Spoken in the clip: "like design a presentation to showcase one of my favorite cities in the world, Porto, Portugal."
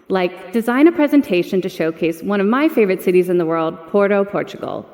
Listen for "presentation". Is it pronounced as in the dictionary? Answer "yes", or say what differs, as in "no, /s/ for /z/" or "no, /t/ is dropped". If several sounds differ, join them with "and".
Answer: yes